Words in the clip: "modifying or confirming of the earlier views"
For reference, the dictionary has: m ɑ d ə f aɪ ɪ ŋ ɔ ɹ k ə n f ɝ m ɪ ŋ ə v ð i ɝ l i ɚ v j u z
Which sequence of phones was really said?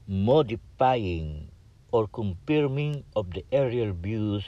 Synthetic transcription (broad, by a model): m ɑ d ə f aɪ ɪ ŋ ɔ ɹ k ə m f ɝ m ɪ ŋ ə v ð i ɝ i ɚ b j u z